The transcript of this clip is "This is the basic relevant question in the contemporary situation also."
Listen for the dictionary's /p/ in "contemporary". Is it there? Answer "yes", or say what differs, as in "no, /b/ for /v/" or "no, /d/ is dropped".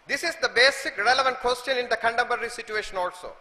no, /b/ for /p/